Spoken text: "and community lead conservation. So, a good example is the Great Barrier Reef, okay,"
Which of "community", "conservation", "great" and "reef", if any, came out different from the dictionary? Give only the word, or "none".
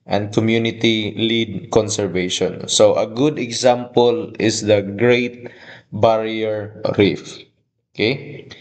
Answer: none